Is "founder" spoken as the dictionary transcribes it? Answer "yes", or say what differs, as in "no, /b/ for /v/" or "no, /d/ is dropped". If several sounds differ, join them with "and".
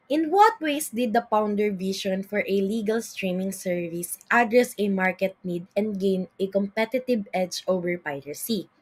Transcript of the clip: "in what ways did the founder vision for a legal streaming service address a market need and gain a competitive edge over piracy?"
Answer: no, /p/ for /f/